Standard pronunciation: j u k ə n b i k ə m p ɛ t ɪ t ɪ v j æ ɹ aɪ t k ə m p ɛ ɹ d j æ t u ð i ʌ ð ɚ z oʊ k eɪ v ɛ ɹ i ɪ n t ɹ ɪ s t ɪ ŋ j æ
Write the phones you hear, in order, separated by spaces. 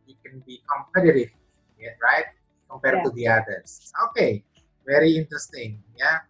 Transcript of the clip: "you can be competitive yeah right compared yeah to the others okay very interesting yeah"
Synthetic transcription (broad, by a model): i k ə n b i k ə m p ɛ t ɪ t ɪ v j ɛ ɹ aɪ t k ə m p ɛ ɹ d t u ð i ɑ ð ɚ s oʊ k eɪ v ɛ ɹ i ɪ n t ɹ ɪ s t ɪ ŋ j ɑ